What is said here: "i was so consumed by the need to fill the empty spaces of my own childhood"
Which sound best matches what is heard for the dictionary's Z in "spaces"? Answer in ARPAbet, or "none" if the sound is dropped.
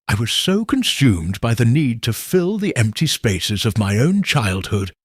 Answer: Z